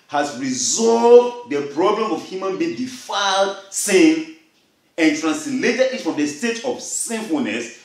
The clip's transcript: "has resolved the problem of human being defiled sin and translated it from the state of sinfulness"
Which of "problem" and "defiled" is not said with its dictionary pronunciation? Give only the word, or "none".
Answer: none